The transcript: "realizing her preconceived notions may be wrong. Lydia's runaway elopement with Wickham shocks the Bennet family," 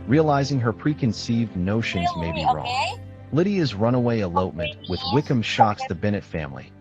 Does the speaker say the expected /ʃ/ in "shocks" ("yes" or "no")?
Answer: yes